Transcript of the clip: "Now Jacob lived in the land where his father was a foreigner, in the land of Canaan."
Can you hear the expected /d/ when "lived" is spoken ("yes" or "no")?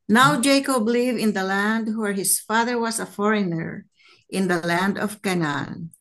no